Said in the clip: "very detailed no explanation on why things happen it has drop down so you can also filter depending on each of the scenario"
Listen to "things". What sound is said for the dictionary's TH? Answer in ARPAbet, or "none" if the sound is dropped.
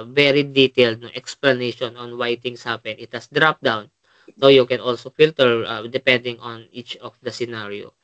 T